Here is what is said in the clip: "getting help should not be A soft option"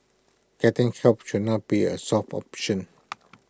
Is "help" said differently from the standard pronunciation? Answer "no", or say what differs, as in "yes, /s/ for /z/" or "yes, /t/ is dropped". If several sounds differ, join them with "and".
yes, /l/ is dropped